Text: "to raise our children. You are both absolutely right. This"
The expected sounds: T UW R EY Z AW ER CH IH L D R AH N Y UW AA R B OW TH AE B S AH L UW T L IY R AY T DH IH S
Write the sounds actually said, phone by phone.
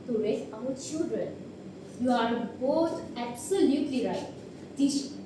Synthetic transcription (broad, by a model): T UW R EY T AW ER CH IH L D R AH N Y UW AA R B OW T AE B S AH L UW T L IY R AY T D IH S